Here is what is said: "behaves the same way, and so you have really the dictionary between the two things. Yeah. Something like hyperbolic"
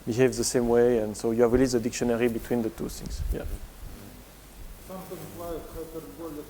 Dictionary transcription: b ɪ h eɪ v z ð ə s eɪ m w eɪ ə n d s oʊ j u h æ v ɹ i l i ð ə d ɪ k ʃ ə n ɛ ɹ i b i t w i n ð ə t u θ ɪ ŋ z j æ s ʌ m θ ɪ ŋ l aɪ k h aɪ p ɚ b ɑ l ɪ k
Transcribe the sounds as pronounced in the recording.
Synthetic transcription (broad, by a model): b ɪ h eɪ v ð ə s eɪ m w eɪ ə n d s oʊ j u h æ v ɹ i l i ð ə d ɪ k ʃ ə n ɛ ɹ i b i t w i n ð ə t u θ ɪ ŋ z j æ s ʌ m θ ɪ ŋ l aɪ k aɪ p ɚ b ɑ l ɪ